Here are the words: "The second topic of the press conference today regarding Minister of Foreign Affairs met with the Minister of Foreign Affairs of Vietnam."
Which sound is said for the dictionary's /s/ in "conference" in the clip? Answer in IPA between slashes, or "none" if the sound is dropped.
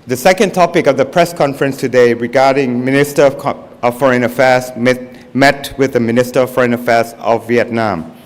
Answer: /s/